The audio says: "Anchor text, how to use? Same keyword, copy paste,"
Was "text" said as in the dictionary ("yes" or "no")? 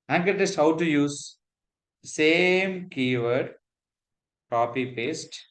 no